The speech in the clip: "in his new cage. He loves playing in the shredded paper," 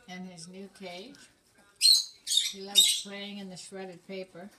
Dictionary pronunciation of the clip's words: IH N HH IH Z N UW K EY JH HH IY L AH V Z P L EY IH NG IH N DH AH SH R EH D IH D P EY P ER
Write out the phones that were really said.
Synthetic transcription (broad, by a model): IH N IH Z N UW K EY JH HH IY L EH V P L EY IH NG IH N DH AH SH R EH D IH D P EY P ER